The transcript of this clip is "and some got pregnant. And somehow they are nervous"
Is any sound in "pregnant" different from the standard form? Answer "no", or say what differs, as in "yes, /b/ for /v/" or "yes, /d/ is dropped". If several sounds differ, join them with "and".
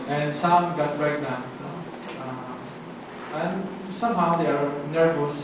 yes, /b/ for /p/